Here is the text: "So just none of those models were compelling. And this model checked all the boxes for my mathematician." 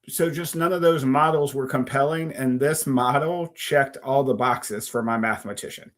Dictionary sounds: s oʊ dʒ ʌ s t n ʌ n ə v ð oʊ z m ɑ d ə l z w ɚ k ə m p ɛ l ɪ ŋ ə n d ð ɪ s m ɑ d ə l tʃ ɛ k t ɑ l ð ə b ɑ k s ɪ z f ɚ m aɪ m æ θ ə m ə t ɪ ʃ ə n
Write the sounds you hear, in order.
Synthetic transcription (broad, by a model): s oʊ dʒ ʌ s t n ʌ n ə v ð oʊ z m ɑ d l z w ɚ k ə m p ɛ l ɪ ŋ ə n ð ɪ s m ɑ d l tʃ ɛ k t ɑ l ð ə b ɑ k s ɪ z f ɚ m aɪ m æ θ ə m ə t ɪ ʃ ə n